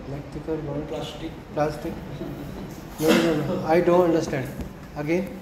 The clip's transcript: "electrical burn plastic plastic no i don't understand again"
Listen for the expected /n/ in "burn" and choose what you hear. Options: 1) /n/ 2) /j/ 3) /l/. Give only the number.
3